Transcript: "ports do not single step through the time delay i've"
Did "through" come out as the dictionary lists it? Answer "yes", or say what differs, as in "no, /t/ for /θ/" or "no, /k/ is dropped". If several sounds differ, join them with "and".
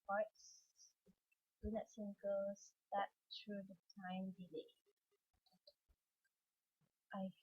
no, /t/ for /θ/